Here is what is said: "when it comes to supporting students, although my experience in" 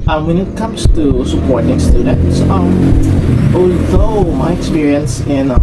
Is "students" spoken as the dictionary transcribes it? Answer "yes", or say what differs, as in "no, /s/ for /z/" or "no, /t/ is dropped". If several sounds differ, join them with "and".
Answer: no, /n/ is dropped